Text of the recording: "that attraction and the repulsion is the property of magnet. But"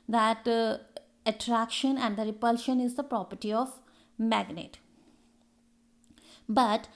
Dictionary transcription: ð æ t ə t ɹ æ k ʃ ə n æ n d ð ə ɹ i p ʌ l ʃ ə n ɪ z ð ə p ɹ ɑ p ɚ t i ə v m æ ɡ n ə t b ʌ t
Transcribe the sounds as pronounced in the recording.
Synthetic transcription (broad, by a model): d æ t ə t ɹ æ k ʃ ə n æ n d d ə ɹ i p ʌ l ʃ ə n ɪ z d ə p ɹ ɑ p ɚ t i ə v m æ ɡ n ə t b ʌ t